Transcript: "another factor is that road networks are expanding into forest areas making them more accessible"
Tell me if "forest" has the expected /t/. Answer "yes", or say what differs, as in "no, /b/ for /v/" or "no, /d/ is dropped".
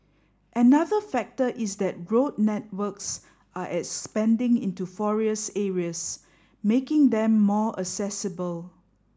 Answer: no, /t/ is dropped